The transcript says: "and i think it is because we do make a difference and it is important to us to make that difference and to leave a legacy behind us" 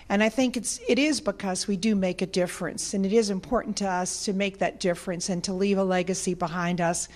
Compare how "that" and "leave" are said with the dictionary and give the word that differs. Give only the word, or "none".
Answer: none